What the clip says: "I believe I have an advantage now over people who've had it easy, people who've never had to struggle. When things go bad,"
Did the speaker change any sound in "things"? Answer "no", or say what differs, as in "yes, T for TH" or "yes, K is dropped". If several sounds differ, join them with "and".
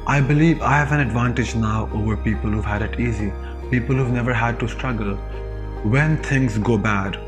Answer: yes, T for TH